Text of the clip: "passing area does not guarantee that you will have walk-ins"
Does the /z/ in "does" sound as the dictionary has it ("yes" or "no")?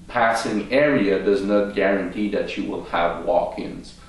yes